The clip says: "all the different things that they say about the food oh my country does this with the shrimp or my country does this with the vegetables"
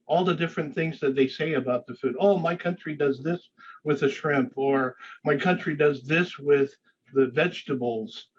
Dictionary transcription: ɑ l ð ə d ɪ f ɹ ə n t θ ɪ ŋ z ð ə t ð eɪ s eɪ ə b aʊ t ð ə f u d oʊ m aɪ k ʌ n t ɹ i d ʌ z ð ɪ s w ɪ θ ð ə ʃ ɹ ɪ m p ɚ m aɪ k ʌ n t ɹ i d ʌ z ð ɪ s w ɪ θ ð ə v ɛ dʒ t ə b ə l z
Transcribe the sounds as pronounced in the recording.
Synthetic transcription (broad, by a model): ɑ l ð ə d ɪ f ɹ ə n θ ɪ ŋ z ð ə t ð eɪ s eɪ ə b aʊ t ð ə f u d oʊ m aɪ k ʌ n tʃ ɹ i d ʌ z ð ɪ s w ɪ ð ə ʃ ɹ ɪ m p ɚ m aɪ k ʌ n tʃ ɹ i d ʌ z ð ɪ s w ɪ ð ə v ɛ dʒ t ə b l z